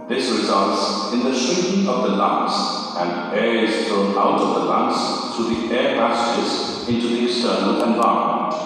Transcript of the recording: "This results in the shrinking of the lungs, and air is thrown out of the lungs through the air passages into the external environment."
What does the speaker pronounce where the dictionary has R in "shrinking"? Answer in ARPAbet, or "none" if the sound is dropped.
none